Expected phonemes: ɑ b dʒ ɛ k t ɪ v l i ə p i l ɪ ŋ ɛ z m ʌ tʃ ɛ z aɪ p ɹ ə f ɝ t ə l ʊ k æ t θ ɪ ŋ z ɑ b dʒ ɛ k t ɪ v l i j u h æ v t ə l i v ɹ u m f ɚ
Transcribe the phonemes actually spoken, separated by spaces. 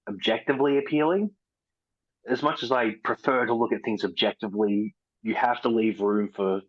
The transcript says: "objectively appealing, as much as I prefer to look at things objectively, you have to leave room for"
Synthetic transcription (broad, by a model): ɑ b dʒ ɛ k t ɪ v l i ə p i l ɪ ŋ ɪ z m ʌ tʃ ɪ z aɪ p ɹ ə f ɝ t ə l ʊ k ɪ t θ ɪ ŋ z ɑ b dʒ ɛ k t ɪ v l i j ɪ h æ f t ə l i v ɹ u m f ɚ